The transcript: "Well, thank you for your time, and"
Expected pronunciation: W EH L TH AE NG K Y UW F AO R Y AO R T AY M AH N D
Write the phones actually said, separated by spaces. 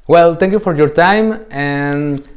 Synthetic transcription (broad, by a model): W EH L T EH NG K Y UW F AO R Y AO R T AY M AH N